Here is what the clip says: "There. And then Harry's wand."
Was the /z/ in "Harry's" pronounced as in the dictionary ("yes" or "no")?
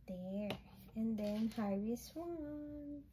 no